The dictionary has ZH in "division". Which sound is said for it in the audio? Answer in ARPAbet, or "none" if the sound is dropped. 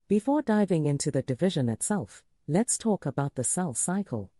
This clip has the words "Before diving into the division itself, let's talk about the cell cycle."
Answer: ZH